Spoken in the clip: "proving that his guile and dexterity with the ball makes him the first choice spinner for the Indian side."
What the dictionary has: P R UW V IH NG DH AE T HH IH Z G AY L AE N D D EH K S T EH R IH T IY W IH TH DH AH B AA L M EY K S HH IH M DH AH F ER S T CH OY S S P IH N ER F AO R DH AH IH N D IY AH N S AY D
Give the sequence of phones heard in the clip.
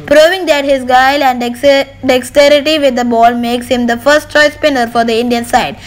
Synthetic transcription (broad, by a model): P R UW V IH NG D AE T HH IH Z G AY L AE N D D EH K S T EH R IH T IY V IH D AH B AA L M EY K S HH IH M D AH F ER S T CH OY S S P IH N ER F AO R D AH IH N D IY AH N S AY D